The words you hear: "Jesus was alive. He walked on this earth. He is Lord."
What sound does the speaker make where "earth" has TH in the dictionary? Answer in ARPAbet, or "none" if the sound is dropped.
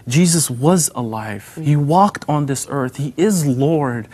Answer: TH